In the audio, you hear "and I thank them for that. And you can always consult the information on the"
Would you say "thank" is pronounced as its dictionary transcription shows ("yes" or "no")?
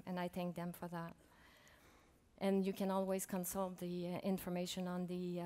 yes